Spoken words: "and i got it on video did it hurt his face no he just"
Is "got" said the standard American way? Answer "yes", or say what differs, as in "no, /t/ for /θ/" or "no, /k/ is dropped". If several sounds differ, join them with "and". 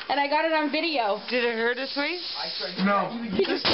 yes